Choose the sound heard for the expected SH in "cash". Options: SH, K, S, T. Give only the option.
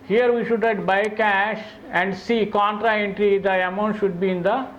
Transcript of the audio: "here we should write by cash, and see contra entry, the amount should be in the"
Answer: SH